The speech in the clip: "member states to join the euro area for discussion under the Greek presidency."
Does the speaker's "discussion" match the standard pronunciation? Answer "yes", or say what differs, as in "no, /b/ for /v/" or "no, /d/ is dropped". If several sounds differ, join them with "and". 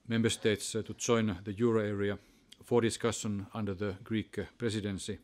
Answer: yes